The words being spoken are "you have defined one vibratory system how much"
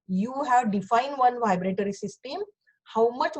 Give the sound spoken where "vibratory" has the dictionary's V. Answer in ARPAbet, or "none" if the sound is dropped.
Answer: V